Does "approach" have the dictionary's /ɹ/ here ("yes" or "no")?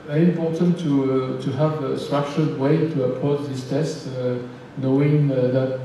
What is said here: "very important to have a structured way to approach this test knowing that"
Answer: no